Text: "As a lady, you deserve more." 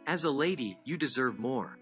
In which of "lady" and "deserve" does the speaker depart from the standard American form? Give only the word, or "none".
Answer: none